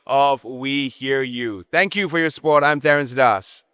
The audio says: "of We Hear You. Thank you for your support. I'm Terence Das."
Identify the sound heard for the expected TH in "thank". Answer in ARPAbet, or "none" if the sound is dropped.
TH